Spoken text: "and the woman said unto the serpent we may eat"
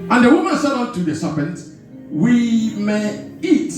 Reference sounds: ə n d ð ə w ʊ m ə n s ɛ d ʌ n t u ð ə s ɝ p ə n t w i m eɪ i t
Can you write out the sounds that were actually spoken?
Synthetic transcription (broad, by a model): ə n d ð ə w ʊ m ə n s ɛ d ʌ t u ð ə s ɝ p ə n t w i m eɪ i t